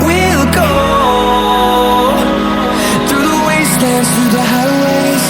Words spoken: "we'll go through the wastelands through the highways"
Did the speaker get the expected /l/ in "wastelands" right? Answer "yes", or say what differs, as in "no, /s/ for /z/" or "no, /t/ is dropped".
no, /l/ is dropped